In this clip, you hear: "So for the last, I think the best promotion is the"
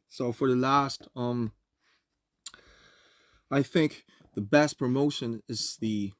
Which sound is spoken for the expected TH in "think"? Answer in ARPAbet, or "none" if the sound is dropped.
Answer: TH